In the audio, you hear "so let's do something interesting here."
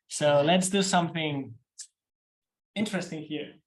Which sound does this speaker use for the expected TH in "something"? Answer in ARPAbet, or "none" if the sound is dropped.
TH